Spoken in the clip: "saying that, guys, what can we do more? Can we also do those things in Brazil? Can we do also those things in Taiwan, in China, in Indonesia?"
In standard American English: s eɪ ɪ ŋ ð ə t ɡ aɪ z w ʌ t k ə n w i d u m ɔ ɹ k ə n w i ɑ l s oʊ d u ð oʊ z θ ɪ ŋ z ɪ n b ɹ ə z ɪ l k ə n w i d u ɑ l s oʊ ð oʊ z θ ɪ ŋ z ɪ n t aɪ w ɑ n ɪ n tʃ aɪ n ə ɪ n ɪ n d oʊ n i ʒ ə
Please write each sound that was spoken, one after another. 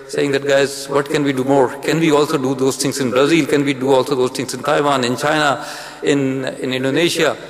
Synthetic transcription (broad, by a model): s eɪ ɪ ŋ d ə t ɡ aɪ z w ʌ t k ə n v i d u m ɔ ɹ k ə n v i ɑ l s oʊ d u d oʊ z t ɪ ŋ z ɪ n b ɹ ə z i l k ə n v i d u ɑ l s oʊ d oʊ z t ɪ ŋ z ɪ n t aɪ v ɑ n ɪ n tʃ aɪ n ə ɪ n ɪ n d oʊ n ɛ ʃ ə